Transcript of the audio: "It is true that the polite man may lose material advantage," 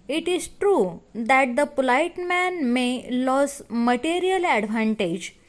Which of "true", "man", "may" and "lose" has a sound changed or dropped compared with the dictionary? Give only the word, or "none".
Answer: lose